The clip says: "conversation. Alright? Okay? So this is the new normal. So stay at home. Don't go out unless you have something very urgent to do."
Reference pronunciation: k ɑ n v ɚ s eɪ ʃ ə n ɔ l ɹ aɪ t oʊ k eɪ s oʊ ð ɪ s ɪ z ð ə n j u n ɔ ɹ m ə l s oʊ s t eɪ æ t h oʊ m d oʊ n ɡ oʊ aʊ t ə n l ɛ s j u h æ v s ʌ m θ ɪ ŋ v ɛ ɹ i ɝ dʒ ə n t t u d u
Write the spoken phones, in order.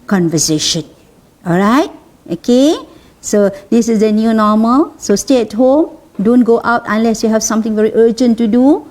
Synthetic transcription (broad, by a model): k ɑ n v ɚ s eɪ ʃ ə n ɔ l ɹ aɪ t oʊ k eɪ s oʊ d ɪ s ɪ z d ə n j u n ɔ m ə l s oʊ s t eɪ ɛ t h oʊ m d oʊ n ɡ oʊ aʊ t ə n l ɛ s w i h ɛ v s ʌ m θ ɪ ŋ v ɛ ɹ i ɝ dʒ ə n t t u d u